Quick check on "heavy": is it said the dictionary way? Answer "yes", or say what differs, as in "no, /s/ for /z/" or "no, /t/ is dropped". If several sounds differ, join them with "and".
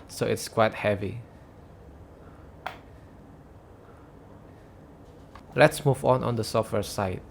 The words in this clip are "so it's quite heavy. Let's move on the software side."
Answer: yes